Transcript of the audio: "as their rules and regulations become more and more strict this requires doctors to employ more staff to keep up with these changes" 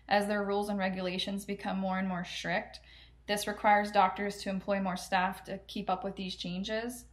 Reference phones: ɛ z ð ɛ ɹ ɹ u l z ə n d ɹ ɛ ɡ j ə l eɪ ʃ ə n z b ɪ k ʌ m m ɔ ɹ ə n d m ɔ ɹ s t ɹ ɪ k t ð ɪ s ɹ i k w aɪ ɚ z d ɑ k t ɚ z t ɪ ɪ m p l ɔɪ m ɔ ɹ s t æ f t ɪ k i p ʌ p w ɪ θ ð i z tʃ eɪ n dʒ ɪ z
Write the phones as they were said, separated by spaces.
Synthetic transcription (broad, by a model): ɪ z ð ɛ ɹ ɹ u l z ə n ɹ ɛ ɡ j ə l eɪ ʃ ə n z b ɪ k ʌ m m ɔ ɹ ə n m ɔ ɹ s t ɹ ɪ k t ð ɪ s ɹ i k w aɪ ɚ z d ɑ k t ɚ z t ɪ ɪ m p l ɔɪ m ɔ ɹ s t æ f t ɪ k i p ʌ p w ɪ ð i z tʃ eɪ n dʒ ɪ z